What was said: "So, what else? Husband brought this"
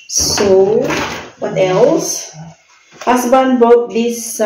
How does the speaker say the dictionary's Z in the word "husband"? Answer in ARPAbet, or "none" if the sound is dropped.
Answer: S